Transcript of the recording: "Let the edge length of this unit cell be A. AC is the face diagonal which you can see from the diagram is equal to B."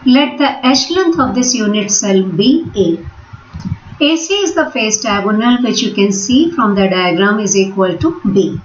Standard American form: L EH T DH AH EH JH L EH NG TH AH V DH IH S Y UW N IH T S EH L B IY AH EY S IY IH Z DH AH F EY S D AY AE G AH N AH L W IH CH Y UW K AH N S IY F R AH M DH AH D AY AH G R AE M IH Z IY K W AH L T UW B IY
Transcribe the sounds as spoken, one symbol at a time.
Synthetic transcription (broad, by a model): L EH T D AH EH SH L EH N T AH V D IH S Y UW N IH T S EH L B IY AH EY S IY IH Z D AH F EY S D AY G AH N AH L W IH CH Y UW K AH N S IY F R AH M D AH D AY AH G R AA M IH Z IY K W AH L T UW B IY